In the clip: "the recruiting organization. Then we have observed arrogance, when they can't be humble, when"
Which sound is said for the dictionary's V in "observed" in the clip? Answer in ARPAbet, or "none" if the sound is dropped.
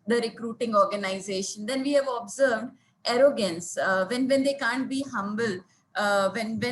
V